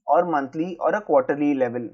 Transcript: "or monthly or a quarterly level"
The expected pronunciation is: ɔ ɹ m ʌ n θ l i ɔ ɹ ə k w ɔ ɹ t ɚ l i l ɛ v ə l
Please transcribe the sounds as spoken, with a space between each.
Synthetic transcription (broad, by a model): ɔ ɹ m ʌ n t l i ɔ ɹ ə k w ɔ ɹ t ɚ l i l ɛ v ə l